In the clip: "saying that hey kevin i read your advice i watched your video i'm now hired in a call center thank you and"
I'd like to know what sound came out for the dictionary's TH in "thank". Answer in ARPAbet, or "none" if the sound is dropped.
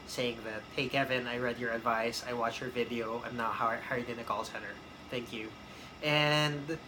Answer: TH